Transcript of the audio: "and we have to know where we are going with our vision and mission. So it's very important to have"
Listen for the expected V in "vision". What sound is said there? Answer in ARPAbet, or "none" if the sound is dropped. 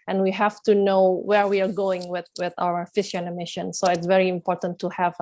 F